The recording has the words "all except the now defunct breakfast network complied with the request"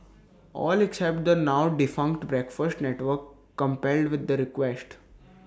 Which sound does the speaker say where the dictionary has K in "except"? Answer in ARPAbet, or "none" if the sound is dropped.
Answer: K